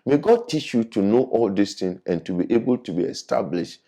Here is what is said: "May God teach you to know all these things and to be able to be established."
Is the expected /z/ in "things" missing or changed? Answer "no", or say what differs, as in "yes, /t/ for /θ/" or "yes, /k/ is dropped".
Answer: yes, /z/ is dropped